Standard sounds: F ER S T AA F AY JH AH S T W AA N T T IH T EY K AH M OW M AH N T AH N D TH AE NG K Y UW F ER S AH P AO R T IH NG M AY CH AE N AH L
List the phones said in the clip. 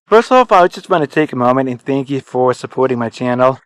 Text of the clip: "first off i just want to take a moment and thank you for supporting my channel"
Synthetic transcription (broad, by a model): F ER S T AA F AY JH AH S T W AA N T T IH T EY K AH M OW M AH N T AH N TH AE NG K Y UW F ER S AH P AO R T IH NG M AY CH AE N L